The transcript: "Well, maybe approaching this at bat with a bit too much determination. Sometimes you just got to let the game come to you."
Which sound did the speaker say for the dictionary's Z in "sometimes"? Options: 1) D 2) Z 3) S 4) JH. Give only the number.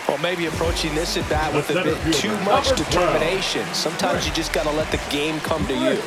2